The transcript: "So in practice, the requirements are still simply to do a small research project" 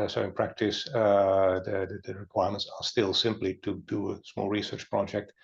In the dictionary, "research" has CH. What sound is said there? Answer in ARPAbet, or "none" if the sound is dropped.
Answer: CH